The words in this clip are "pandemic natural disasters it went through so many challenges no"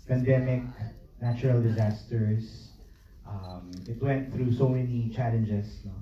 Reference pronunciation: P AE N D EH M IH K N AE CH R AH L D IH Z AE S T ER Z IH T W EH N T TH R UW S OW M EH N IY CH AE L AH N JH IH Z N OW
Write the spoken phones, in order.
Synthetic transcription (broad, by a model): P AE N D EH M IH K N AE CH R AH L D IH Z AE S T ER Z IH T W EH N T TH R UW S OW M EH N IY CH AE L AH N JH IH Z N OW